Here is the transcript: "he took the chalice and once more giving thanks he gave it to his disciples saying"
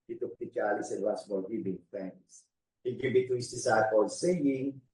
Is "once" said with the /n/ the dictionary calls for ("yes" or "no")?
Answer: no